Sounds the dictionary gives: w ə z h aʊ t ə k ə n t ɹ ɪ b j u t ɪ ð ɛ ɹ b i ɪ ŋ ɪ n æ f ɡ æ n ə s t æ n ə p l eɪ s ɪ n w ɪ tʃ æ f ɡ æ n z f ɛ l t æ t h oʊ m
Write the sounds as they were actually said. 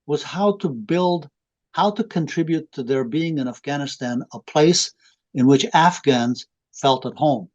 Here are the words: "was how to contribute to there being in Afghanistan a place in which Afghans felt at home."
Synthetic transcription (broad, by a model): w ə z h aʊ t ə k ə n t ɹ ɪ b j u t ɪ ð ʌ ɹ b i ɪ ŋ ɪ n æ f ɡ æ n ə s t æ n ə p l eɪ s ɪ n w ɪ tʃ æ f ɡ æ n z f ɛ l t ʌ t h oʊ m